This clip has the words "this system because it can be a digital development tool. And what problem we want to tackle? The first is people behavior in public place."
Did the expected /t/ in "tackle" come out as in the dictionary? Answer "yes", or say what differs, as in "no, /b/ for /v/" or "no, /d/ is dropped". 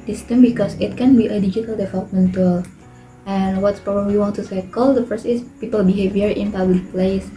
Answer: no, /s/ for /t/